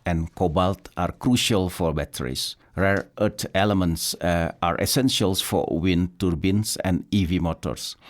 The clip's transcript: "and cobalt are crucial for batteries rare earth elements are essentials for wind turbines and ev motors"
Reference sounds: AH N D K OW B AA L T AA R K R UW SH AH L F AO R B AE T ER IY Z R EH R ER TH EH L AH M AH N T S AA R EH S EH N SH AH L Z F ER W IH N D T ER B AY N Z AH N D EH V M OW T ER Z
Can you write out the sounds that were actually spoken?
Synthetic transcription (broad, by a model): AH N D K OW B AA L T AA R K R UW SH AH L F AO R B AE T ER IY S R EH R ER T EH L AH M AH N T S AA R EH S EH N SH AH L S F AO W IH N T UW B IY N S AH N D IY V M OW T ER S